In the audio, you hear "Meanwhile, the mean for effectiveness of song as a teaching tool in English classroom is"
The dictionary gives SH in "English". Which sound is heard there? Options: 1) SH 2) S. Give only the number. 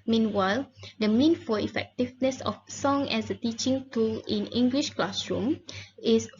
1